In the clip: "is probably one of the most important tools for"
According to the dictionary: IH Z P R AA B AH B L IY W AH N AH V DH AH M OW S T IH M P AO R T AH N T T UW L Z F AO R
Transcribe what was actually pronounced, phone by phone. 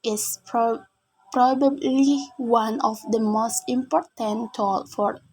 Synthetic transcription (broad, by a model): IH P P R AA B AH B L IY W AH N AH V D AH M OW S T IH M P AO R T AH N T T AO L F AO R